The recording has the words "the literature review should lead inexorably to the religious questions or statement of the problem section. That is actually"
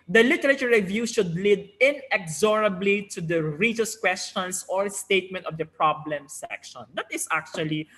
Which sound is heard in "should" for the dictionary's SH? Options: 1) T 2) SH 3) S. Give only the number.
2